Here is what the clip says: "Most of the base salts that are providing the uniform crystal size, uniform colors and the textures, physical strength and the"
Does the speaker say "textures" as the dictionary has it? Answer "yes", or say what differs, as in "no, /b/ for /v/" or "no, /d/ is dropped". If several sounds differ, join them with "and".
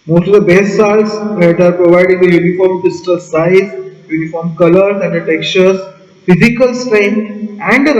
no, /s/ is dropped